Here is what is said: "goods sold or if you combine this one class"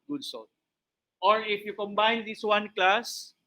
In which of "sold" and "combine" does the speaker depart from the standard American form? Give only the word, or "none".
sold